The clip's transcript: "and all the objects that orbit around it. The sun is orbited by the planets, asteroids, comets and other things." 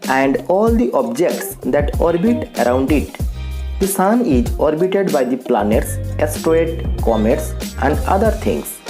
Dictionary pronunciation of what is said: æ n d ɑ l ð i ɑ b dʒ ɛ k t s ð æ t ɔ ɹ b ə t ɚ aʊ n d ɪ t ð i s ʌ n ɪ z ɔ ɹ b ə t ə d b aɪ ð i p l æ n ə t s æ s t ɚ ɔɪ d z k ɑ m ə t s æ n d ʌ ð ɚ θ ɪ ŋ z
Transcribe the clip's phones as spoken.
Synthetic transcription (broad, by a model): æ n d ɑ l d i ɑ b dʒ ɛ k t s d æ t ɔ ɹ b ə t ɚ aʊ n d ɪ t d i s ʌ n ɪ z ɔ ɹ b ə t ə d b aɪ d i p l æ n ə t s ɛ s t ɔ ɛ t k ɑ m ə t s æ n d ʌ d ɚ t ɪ ŋ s